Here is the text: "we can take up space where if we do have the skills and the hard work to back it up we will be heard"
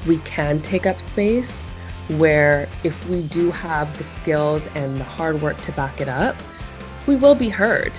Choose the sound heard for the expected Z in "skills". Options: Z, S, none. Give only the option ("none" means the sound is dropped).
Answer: Z